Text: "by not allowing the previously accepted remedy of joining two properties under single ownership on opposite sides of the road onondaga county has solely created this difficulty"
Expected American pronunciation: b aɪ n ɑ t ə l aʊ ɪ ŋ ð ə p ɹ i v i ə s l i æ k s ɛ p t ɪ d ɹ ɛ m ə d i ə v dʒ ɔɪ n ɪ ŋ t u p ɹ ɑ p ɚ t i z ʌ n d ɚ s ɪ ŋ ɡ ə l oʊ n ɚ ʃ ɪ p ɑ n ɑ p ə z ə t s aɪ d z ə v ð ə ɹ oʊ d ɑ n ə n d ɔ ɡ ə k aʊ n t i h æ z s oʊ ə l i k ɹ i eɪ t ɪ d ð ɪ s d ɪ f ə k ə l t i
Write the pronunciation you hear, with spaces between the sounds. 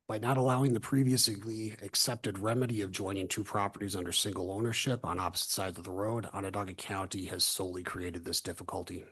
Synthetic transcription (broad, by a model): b aɪ n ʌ t ə l aʊ ɪ ŋ ð ə p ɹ i v i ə s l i æ k s ɛ p t ɪ d ɹ ɛ m ə d i ə v dʒ ɔɪ n ɪ ŋ t u p ɹ ɑ p ɚ t i z ʌ n d ɚ s ɪ ŋ ɡ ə l oʊ n ɚ ʃ ɪ p n ɑ p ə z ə t s aɪ d z ə v ð ə ɹ oʊ d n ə d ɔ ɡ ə k aʊ n t i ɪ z s oʊ ə l i k ɹ i eɪ t ɪ d ð ɪ s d ɪ f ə k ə l t i